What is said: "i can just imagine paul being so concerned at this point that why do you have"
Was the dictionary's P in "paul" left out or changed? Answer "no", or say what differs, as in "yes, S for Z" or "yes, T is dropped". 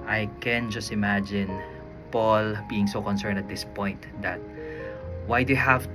no